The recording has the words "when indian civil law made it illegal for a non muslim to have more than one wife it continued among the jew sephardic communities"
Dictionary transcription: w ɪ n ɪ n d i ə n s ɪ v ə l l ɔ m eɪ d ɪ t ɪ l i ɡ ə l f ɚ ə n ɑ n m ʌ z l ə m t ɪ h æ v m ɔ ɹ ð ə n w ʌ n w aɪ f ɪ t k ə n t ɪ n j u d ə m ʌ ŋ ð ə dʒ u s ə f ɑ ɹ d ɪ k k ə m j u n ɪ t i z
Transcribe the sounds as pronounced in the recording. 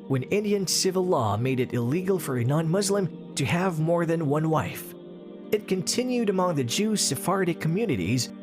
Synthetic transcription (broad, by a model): w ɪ n ɪ n d i ə n s ɪ v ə l l ɔ m eɪ d ɪ t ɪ l i ɡ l f ɚ ə n ɑ n m ʌ z l ə m t ɪ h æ v m ɔ ɹ ð ə n w ʌ n w aɪ f ɪ t k ə n t ɪ n j u d ə m ʌ ŋ ð ə dʒ u s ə f ɑ ɹ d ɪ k k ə m j u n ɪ t i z